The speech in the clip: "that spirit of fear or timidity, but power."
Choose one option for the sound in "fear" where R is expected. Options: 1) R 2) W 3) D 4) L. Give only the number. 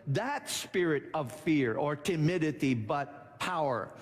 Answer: 1